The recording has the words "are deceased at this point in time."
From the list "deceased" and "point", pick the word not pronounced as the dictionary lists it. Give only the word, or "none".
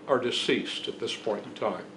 none